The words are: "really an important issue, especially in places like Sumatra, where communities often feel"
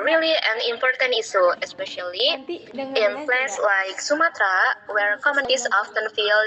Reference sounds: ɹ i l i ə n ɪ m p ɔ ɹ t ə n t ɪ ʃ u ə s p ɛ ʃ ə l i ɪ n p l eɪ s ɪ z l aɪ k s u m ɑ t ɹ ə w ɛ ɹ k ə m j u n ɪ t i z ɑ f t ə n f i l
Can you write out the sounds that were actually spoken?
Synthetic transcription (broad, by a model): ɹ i l i ə n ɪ m p ɔ ɹ t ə n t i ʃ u ə s p ɛ ʃ ə l i ɪ n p l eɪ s l aɪ k s u m ɑ t ɹ ə w ɛ ɹ k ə m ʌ n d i s ɑ f t ə n f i l